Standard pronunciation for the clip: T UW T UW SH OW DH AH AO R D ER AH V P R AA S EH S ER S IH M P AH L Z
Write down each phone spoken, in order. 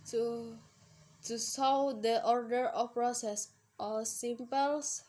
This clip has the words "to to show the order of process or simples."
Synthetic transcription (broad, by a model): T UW T UW S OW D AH AO R D ER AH F P R AA S EH S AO S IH M P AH L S